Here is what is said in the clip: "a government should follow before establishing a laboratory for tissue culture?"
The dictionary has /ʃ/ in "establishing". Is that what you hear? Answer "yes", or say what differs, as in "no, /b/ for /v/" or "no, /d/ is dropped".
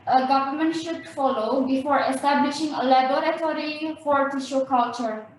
yes